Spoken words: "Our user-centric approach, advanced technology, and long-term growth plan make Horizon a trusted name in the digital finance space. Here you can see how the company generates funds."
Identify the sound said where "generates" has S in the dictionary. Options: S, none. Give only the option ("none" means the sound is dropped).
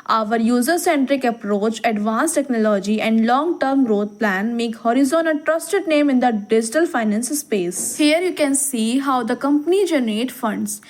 none